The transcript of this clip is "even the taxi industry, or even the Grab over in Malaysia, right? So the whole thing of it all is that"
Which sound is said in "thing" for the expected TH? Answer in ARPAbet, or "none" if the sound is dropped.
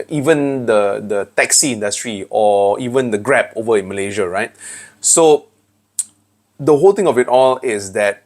T